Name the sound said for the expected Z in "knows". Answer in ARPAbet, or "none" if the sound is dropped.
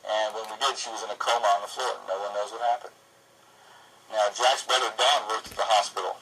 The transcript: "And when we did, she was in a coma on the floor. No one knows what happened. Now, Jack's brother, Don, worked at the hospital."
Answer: Z